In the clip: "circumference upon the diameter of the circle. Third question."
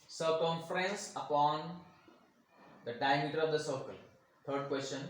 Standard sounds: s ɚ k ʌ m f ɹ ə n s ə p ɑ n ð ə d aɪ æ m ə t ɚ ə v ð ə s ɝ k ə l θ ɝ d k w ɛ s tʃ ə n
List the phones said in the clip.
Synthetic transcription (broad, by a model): s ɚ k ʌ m f ɹ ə n s ə p ɑ n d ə d aɪ m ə t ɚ ə v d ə s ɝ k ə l t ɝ d k w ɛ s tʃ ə n